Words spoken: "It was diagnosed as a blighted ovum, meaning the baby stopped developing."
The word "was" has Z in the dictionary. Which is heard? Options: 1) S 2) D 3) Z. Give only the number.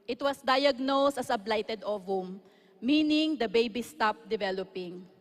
1